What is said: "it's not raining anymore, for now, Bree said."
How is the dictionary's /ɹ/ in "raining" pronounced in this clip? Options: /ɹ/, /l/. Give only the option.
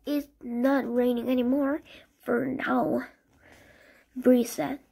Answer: /ɹ/